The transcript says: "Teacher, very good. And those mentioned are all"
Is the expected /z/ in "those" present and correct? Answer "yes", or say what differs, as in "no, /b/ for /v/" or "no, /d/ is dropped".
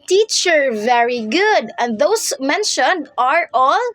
no, /s/ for /z/